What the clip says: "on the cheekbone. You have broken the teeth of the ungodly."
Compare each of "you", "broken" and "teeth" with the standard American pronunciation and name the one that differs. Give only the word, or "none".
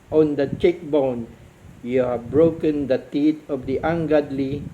teeth